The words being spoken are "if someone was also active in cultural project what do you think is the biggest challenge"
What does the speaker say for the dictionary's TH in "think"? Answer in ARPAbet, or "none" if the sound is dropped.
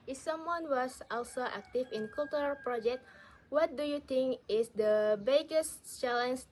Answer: T